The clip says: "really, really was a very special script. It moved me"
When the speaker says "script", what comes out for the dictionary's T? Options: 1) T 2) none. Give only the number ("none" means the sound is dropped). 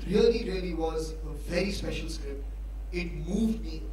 2